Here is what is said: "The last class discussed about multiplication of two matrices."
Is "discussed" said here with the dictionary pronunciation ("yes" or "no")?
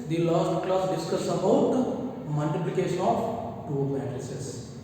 no